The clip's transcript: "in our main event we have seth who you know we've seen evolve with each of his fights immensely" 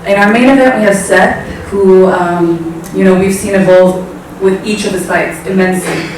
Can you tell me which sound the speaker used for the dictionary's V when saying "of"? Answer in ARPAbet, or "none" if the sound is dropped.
V